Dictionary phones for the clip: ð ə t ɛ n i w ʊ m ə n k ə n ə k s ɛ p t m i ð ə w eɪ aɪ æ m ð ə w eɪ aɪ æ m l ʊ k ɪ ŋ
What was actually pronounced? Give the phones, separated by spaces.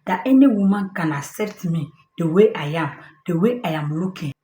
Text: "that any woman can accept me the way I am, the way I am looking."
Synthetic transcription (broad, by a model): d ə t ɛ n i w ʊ m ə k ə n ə s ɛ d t m i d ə w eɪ aɪ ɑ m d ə w eɪ aɪ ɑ m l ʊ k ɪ